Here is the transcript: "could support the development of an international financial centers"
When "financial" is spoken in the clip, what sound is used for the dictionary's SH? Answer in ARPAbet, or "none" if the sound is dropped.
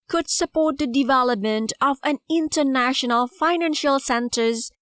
SH